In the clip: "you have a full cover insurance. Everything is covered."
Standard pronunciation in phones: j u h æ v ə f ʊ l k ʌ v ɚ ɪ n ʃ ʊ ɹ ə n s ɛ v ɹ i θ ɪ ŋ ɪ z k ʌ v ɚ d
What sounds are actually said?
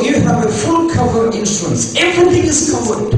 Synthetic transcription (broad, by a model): j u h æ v ə f ʊ l k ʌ v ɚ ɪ n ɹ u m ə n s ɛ v ɹ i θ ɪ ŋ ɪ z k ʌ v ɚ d